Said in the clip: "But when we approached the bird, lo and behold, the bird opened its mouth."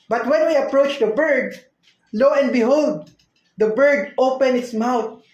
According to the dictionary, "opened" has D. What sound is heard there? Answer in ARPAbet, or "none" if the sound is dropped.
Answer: none